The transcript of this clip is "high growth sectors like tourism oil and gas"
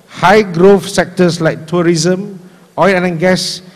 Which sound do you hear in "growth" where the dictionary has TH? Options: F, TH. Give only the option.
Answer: F